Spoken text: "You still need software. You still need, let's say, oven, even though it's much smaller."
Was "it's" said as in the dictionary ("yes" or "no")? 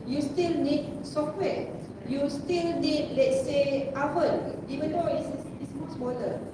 no